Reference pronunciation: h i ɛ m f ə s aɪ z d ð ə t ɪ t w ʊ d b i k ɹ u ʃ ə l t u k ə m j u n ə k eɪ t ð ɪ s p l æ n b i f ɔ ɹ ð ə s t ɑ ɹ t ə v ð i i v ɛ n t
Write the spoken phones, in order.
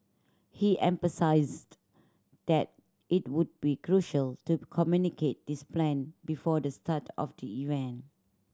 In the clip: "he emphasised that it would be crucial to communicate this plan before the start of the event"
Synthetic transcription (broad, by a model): h i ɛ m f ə s aɪ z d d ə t ɪ t w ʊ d b i k ɹ u ʃ ə l t u k ə m j u n ə k eɪ t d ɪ s p l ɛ n b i f ɔ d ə s t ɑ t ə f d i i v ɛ n